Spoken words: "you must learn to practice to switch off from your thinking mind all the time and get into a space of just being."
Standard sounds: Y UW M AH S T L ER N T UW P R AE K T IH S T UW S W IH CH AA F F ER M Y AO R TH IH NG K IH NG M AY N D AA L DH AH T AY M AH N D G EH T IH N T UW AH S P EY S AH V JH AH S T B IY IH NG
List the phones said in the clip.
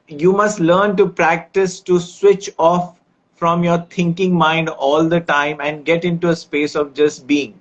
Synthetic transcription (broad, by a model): Y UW M AH S T L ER N T UW P R AE K T IH S T UW S W IH CH AA F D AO M Y AO R T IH NG K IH NG M AY N D AA L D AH T AY M AH N D G EH T IH N T UW AH S P EY S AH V JH AH S T B IY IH NG